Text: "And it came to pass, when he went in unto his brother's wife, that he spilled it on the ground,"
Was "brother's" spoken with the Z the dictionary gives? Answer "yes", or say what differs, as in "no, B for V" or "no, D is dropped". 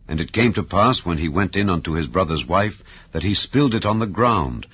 yes